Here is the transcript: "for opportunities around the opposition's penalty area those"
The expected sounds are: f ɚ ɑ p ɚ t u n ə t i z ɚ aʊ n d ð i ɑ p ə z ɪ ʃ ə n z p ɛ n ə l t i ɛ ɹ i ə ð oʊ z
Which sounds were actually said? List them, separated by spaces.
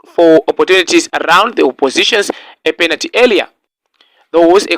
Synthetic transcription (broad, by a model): f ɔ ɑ p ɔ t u n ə t i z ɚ aʊ n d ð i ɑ p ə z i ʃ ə n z p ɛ n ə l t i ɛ l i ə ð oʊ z